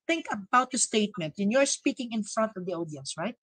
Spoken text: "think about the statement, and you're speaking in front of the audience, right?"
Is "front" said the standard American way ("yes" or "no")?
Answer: yes